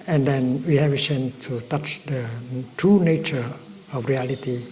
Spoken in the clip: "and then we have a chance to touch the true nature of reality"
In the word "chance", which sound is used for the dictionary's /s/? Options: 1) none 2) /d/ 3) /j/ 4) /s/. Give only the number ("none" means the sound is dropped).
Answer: 1